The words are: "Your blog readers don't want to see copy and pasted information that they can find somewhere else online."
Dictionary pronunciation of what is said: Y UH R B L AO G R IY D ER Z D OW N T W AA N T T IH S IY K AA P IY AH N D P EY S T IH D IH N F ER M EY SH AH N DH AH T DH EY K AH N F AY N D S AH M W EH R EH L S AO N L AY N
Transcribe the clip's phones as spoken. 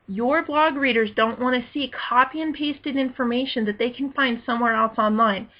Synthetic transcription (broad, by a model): Y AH R B L AO G R IY D ER Z D OW N T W AA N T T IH S IY K AA P IY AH N P EY S T IH D IH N F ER M EY SH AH N DH AH T DH EY K N F AY N D S AH M W EH R EH L S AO N L AY N